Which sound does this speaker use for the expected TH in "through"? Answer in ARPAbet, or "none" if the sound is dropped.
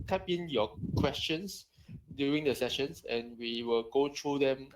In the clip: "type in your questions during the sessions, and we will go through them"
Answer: T